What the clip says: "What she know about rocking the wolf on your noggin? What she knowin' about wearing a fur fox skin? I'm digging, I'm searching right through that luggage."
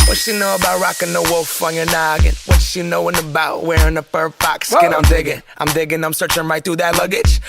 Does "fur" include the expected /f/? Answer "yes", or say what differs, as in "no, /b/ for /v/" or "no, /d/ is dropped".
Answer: no, /p/ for /f/